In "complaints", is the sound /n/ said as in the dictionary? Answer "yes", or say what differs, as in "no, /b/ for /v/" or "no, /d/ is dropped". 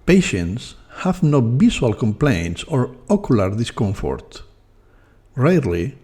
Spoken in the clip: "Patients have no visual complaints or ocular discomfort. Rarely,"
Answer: yes